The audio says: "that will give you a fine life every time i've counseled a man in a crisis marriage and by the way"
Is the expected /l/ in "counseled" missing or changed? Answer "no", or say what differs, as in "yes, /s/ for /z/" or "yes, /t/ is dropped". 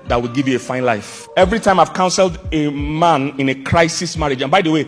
no